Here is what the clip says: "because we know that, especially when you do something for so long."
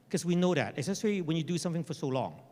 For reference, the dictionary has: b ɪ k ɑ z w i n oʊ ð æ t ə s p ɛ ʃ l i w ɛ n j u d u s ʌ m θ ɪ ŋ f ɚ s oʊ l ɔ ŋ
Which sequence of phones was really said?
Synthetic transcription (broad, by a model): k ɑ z w i n oʊ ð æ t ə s ɛ s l i w ɛ n j u d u s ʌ m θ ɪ ŋ f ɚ s oʊ l ɔ ŋ